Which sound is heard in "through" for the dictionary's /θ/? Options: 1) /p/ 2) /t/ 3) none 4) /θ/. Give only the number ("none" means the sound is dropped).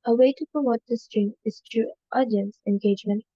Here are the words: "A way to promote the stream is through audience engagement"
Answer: 2